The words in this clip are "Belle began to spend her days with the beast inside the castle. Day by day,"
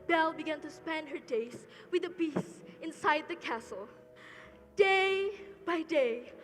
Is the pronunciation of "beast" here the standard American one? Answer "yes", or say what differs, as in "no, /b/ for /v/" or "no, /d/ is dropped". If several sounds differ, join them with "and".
no, /t/ is dropped